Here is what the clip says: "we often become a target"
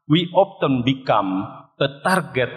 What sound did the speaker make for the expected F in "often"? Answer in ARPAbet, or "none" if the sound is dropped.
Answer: P